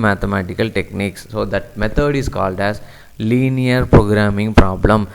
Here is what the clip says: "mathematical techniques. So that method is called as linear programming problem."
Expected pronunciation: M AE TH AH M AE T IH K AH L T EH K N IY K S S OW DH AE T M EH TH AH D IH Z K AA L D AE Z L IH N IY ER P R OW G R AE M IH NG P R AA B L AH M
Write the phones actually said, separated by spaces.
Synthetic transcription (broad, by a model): M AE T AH M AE T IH K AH L T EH K N IY K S S OW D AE T M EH T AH D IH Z K AA L D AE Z L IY N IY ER P R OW G R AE M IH NG P R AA B L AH M